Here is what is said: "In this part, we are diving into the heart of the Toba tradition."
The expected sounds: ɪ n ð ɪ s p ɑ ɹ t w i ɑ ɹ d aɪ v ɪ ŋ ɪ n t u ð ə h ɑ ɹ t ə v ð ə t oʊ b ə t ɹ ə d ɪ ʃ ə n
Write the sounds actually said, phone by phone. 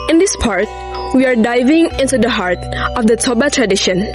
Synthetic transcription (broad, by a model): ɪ n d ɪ s p ɑ ɹ t w i ɑ ɹ d aɪ v ɪ ŋ ɪ n t u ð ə h ɑ ɹ t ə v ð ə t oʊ b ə t ɹ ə d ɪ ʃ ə n